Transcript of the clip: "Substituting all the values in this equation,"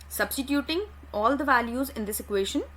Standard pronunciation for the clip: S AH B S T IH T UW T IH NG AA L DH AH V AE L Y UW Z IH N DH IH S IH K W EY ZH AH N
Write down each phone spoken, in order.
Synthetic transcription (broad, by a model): S AH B S T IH T UW T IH NG AA L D AH V AE L Y UW Z IH N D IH S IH K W EY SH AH N